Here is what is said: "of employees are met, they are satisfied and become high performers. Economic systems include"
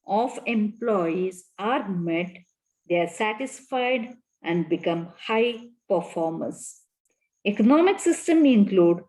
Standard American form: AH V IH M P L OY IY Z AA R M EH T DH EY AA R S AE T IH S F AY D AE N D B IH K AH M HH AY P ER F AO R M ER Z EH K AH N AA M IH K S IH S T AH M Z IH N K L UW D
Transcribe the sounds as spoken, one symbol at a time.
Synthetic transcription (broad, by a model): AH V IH M P L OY IY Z AA R M EH T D EY AA R S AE T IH S F AY D AE N D B IH K AH M HH AY P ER F AO R M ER S EH K AH N AA M IH K S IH S T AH M IH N K L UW D